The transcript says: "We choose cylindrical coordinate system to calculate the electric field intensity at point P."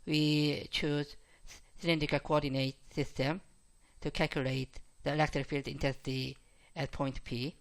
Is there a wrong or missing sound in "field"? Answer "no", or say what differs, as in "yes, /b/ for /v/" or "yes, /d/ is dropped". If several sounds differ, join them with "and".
no